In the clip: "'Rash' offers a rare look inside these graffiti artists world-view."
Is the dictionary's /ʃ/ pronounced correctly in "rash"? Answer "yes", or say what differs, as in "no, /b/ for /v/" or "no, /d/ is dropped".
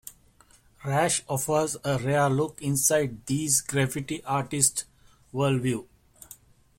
yes